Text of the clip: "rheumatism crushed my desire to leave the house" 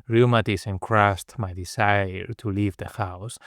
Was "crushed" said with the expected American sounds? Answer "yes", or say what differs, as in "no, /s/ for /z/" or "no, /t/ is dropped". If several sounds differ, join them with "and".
no, /s/ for /ʃ/